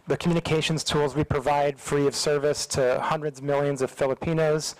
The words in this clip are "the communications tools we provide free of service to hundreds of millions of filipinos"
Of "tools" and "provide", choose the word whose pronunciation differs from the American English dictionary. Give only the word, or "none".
none